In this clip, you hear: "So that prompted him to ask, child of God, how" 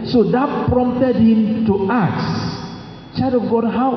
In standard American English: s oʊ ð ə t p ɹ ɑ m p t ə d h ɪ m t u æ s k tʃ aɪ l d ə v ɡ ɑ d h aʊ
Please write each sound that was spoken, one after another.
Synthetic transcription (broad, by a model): s oʊ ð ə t p ɹ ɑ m t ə d h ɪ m t u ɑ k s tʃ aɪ d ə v ɡ ɑ d h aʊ